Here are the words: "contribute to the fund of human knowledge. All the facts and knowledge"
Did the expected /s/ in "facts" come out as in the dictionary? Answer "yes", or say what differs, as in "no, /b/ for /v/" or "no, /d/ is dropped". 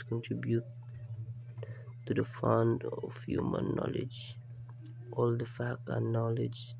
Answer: no, /s/ is dropped